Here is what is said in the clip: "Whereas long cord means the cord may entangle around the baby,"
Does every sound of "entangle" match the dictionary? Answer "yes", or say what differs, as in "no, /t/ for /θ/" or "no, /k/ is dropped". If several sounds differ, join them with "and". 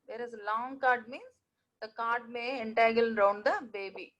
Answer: no, /ŋ/ is dropped